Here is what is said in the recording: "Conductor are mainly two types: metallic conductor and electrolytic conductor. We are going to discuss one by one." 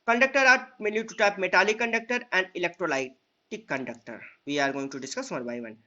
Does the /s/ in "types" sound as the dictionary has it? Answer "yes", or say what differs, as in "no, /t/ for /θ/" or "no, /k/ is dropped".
no, /s/ is dropped